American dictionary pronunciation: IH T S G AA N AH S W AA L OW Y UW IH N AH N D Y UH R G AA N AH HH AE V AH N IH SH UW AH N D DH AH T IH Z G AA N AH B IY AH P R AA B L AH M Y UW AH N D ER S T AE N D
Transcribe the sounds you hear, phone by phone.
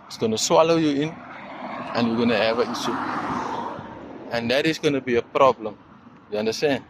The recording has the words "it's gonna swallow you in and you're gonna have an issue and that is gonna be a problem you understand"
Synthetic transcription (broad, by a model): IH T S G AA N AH S W AA L OW Y UW IH N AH N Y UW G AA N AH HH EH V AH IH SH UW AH N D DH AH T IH S G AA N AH B IY AH P R AA B L AH M Y UW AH N D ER S T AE N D